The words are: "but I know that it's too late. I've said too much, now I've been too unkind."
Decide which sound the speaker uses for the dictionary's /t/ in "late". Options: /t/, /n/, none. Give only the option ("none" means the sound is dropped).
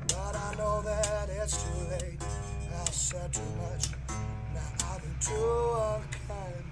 none